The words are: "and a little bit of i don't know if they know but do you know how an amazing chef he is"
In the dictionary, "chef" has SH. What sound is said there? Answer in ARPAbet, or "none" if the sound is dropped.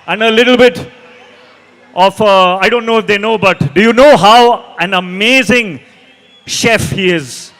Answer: SH